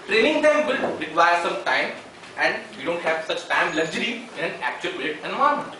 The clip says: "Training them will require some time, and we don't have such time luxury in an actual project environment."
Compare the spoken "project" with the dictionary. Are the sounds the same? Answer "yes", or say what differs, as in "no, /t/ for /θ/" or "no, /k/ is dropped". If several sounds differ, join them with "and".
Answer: no, /dʒ/ is dropped and /k/ is dropped